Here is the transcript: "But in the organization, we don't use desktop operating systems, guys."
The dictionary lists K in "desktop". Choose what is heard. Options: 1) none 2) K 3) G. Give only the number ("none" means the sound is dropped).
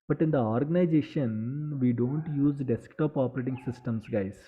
2